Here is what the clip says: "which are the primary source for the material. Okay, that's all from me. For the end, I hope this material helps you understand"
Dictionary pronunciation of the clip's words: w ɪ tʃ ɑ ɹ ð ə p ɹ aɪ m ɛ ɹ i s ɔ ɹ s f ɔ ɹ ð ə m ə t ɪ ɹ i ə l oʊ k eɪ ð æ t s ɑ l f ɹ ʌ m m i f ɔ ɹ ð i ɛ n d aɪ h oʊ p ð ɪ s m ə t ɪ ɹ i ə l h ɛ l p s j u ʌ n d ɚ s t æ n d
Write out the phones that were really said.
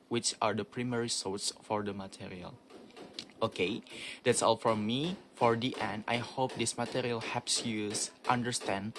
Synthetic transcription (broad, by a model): w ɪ tʃ ɑ ɹ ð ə p ɹ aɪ m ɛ ɹ i s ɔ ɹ s f ɔ ɹ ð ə m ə t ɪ ɹ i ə l oʊ k eɪ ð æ t s ɑ l f ɹ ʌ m m i f ɔ ɹ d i ɛ n d aɪ h oʊ p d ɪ s m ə t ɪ ɹ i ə l h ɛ p s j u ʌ n d ɚ s t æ n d